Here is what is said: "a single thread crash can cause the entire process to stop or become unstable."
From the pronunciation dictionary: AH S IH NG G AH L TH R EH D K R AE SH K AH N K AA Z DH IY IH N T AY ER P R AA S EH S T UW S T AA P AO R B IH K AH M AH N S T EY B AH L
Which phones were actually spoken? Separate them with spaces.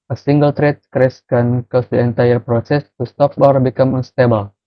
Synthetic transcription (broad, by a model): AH S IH NG G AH L T R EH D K R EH S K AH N K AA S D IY IH N T AY ER P R AA S EH S T UW S T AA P AO R B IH K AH M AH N S T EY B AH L